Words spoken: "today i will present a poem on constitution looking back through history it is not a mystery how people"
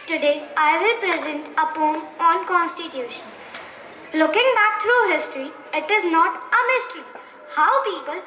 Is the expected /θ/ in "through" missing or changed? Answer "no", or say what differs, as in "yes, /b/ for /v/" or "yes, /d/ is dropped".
yes, /t/ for /θ/